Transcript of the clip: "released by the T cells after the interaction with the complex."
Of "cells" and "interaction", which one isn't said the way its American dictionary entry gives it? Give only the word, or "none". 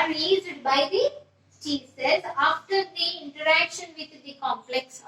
cells